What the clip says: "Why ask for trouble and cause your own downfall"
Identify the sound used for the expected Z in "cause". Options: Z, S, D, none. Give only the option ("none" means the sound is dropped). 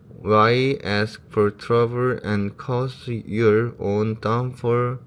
S